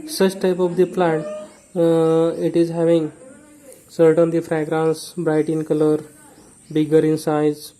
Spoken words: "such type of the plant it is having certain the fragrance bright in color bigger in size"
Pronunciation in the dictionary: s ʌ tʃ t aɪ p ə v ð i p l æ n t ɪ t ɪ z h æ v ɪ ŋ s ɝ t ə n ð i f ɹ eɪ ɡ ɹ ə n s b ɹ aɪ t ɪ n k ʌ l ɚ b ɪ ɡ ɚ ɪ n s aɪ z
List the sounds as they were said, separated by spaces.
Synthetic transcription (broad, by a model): s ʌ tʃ t aɪ p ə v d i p l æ t ɪ t ɪ z h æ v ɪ ŋ s ɝ t ə n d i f ɹ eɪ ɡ ɹ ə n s b ɹ aɪ t ɪ n k ʌ l ɚ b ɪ ɡ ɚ ɪ n s aɪ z